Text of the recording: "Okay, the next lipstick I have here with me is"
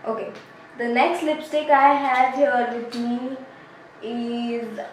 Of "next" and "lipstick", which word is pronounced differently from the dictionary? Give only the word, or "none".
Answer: none